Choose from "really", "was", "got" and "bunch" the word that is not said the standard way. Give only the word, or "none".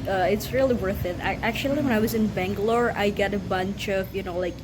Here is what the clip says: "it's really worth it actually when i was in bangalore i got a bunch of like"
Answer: none